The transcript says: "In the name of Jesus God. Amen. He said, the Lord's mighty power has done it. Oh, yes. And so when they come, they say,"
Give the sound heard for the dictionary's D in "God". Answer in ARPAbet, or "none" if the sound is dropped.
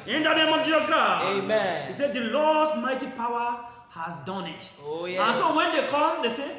none